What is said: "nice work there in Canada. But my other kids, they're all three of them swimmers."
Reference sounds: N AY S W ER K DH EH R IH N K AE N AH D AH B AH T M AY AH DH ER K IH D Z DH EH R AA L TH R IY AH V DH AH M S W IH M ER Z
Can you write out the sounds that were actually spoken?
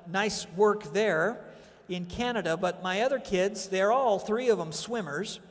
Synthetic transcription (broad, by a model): N AY S W ER K DH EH R IH N K AE N AH D AH B AH T M AY AH DH ER K IH D Z DH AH R AA L TH R IY AH V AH M S W IH M ER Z